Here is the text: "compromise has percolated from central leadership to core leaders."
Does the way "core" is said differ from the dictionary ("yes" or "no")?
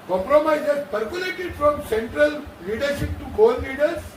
yes